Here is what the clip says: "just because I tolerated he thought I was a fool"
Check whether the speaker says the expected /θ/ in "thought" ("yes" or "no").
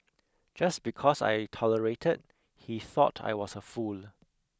yes